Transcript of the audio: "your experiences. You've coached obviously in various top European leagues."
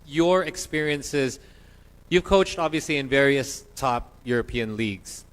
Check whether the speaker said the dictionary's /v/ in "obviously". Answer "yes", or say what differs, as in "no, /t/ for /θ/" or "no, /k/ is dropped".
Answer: yes